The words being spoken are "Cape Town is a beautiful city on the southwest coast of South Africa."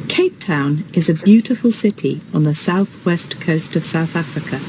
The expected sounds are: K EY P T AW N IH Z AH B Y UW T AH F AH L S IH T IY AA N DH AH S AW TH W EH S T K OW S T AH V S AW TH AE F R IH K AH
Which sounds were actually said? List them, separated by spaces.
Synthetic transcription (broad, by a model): K EY P T AW N IH Z AH B Y UW T AH F AH L S IH T IY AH N DH AH S AW TH W EH S T K OW S T AH V S AW TH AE F R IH K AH